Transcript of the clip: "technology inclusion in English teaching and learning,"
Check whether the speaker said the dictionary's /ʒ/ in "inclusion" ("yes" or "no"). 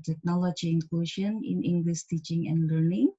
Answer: no